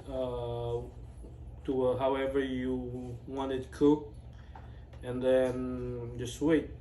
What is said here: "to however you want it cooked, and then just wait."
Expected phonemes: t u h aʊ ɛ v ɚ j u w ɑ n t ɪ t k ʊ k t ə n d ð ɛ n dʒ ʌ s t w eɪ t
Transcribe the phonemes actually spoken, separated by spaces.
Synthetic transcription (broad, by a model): t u h aʊ ɛ v ɚ j u w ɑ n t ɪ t k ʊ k ə n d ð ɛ n dʒ ʌ s t w eɪ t